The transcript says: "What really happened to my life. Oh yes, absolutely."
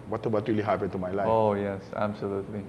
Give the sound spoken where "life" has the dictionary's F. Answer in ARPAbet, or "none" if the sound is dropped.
none